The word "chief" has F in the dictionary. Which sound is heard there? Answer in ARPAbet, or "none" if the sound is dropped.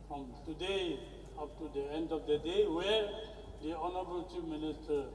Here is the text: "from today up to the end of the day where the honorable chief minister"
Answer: P